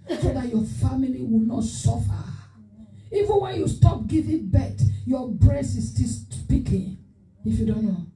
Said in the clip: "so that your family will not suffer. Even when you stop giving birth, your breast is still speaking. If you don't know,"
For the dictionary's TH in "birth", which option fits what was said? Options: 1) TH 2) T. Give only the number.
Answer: 2